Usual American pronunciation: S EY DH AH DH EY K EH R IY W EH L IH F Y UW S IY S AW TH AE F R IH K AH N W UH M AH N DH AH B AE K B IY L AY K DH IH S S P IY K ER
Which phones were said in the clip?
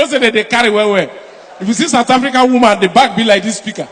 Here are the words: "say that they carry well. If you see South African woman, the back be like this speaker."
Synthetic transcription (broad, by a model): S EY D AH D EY K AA R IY W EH W IH F Y UW S IY S AW T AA F R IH K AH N W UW M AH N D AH B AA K B IY L AY K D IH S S P IY K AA